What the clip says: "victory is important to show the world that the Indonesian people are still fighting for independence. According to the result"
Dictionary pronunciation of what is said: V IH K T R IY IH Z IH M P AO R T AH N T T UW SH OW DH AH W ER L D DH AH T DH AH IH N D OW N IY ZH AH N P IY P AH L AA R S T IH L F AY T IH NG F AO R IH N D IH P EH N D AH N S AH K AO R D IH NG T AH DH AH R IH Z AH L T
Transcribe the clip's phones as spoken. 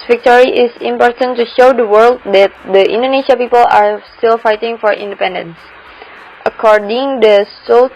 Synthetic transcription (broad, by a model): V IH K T R IY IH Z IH M P AO R T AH N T T UW SH OW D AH W ER L D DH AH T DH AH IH N D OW N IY SH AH P IY P AH L AA R S T IH L F AY T IH NG F AO R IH N D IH P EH N D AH N S AH K AO R D IH NG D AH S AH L